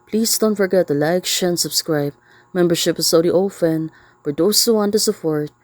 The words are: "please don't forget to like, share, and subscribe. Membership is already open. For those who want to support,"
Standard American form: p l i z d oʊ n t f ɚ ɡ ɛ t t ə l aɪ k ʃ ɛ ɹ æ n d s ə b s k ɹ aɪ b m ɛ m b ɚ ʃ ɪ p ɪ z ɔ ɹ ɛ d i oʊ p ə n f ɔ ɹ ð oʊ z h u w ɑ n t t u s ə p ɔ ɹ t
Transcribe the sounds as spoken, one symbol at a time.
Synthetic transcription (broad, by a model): p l i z d oʊ n t f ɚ ɡ ɛ t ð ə l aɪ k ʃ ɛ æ n s ə b s k ɹ aɪ b m ɛ m b ɚ ʃ ɪ p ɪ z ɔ ʊ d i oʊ f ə n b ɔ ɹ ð oʊ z h u w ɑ n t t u s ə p ɔ ɹ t